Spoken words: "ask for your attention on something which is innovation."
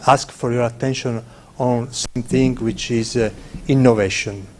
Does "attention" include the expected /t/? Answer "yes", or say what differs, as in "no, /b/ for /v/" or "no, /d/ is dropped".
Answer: yes